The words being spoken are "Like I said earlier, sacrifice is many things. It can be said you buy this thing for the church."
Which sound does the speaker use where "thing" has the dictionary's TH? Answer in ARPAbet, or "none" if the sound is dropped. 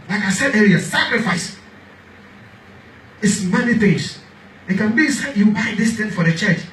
T